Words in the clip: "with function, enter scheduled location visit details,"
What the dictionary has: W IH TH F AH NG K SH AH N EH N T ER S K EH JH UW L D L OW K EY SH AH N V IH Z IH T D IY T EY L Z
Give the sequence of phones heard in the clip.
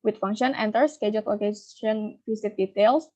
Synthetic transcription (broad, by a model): W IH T F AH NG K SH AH N EH N T ER S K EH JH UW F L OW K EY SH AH N F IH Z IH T D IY T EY L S